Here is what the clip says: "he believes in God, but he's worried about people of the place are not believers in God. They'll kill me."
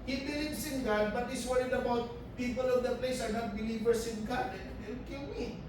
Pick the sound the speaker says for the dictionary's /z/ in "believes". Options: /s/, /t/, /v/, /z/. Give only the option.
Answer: /s/